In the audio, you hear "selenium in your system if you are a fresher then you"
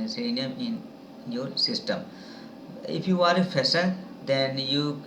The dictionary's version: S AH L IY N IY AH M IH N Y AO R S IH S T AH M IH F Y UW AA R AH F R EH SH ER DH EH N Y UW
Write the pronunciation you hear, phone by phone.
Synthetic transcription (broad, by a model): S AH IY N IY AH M IH N Y AO R S IH S T AH M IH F Y UW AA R AH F EH S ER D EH N Y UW